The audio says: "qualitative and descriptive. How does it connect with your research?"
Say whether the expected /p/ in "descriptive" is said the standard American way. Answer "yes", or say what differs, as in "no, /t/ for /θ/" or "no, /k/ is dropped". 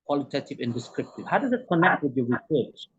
yes